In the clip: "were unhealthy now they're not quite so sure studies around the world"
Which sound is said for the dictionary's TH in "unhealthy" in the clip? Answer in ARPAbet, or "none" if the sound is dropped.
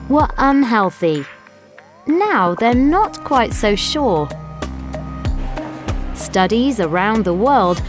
TH